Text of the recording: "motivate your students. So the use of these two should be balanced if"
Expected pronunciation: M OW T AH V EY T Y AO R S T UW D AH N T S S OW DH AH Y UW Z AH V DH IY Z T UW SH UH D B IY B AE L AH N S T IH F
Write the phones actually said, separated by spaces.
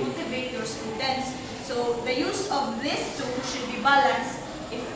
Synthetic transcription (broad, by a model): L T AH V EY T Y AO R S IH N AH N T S S OW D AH Y UW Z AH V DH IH S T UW SH UH D B IY B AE L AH N S IH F